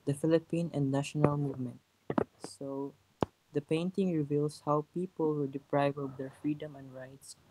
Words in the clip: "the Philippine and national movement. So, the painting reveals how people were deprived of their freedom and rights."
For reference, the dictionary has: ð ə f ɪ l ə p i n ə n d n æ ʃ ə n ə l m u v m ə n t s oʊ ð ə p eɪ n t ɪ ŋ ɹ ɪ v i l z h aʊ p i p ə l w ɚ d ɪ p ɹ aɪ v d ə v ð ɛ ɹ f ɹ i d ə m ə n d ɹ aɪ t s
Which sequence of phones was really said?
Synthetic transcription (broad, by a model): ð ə f ɪ l ə p i n ə n d n æ ʃ ə n ə l m u v m ə n t s oʊ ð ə p eɪ n t ɪ ŋ ɹ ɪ v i l s h aʊ p i p ə l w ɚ d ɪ p ɹ aɪ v ə v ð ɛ ɹ f ɹ i d ə m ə n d ɹ aɪ t s